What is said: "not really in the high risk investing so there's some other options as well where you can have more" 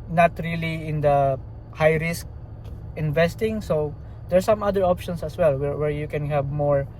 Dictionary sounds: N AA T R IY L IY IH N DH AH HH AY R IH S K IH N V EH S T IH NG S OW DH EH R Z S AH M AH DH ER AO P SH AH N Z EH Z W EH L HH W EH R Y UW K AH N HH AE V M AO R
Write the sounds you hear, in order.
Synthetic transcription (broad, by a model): N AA T R IY L IY IH N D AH HH AY R IH S K IH N V EH S T IH NG S OW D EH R S AH M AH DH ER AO P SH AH N S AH S W EH L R W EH R Y UW K AH N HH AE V M AO R